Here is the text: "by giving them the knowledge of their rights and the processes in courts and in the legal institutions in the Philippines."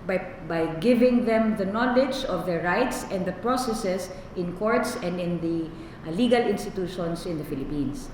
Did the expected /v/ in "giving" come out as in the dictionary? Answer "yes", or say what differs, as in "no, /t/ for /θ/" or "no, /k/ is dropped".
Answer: yes